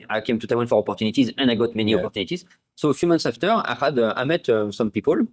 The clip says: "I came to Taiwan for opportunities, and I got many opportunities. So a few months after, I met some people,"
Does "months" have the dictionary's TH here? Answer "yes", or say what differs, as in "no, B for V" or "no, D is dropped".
no, T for TH